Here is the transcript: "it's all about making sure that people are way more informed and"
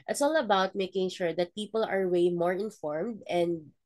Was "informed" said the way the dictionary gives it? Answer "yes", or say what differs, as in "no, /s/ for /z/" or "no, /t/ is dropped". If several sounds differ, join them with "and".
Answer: yes